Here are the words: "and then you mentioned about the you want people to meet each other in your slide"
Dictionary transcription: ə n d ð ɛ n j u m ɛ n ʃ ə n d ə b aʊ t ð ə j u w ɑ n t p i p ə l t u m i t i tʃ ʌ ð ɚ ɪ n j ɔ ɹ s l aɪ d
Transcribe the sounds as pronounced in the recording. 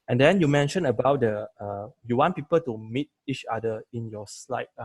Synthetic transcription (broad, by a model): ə n d ɛ n j u m ɛ n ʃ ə n ə b aʊ t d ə j u w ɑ n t p i p ə l t u m i t i tʃ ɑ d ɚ ɪ n j ɔ s l aɪ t